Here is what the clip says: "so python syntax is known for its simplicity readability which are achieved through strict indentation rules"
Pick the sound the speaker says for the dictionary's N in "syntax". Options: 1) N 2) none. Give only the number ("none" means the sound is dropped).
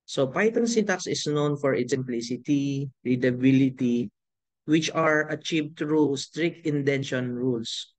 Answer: 2